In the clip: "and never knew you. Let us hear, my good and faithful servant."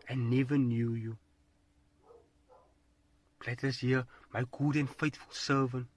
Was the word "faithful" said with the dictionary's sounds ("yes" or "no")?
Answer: no